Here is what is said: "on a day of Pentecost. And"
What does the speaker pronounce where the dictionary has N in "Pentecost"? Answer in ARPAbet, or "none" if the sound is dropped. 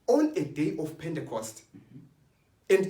N